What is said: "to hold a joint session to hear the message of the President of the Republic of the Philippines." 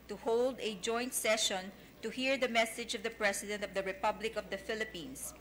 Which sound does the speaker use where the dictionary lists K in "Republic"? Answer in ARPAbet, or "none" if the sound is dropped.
K